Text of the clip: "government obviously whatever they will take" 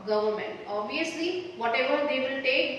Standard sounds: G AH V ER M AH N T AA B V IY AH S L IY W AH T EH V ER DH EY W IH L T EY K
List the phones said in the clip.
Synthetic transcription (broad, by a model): G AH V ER M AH N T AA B IY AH S L IY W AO T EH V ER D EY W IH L T EY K